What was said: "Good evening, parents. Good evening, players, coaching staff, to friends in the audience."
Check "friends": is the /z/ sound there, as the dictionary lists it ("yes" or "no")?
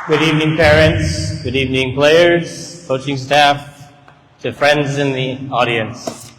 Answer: yes